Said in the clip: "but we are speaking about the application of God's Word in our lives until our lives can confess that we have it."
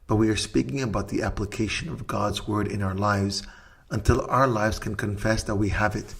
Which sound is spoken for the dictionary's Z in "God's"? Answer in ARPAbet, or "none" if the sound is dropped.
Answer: Z